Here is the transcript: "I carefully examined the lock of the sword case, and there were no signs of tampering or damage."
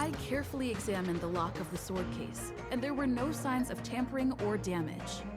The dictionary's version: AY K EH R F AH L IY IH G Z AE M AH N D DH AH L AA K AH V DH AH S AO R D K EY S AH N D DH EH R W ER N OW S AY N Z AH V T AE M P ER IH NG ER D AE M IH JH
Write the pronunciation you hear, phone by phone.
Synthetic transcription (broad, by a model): AY K EH R F L IY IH G Z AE M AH N DH AH L AA K AH V DH AH S AO R D K EY S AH N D DH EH R W ER N OW S AY N Z AH V T AE M P ER IH NG ER D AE M IH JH